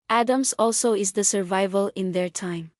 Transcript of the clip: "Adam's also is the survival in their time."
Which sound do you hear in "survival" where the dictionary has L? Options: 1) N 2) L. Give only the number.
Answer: 2